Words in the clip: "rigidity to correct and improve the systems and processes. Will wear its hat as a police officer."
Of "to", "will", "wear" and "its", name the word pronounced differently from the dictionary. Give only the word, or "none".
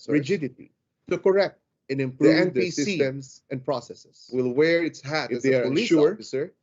to